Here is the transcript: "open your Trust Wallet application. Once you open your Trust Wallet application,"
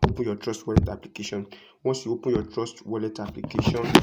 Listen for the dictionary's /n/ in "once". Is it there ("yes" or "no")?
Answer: no